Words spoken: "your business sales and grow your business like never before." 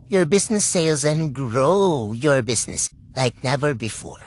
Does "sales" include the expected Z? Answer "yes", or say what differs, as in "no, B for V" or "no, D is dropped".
yes